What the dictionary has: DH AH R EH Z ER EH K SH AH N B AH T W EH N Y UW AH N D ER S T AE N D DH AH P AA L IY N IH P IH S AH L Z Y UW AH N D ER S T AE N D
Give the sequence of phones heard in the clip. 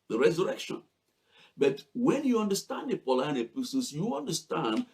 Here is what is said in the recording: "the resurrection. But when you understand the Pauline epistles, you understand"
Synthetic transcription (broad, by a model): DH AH R EH Z ER EH K SH AH N B AH T W EH N Y UW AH N D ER S T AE N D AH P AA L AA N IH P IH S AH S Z Y UW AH N D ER S T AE N D